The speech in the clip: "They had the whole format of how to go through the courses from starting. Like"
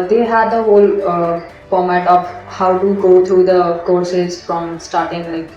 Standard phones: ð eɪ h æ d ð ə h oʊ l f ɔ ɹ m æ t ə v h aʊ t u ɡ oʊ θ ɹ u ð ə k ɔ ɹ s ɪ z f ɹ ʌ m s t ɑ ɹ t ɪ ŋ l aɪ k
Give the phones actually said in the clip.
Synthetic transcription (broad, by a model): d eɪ h æ d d ə h oʊ l p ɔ m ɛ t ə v h aʊ t u ɡ oʊ t ɹ u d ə k ɔ ɹ s ɪ z f ɹ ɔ m s t ɑ ɹ t ɪ ŋ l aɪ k